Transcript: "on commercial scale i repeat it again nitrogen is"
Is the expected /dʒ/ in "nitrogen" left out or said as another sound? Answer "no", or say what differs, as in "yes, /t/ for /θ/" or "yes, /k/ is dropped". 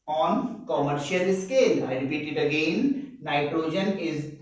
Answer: no